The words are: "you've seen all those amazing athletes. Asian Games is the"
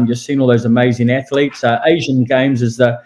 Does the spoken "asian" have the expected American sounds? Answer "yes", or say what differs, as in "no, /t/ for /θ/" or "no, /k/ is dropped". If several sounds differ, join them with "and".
yes